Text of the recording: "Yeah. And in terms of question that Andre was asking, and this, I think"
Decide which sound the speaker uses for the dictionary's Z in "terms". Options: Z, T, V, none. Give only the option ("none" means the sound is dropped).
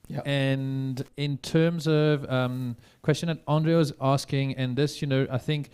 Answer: Z